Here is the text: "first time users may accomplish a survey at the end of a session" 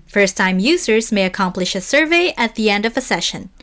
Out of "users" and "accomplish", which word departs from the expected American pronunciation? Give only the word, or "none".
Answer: none